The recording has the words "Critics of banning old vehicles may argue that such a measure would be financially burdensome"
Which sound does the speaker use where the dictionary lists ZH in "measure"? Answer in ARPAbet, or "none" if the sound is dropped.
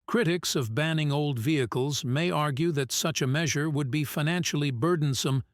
ZH